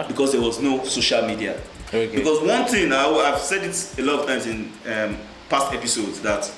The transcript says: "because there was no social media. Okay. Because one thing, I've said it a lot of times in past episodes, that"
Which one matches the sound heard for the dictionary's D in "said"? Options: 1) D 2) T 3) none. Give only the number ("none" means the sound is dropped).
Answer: 1